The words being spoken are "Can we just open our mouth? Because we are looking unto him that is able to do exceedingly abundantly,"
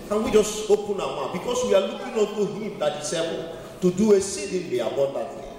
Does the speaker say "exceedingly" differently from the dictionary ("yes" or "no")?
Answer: yes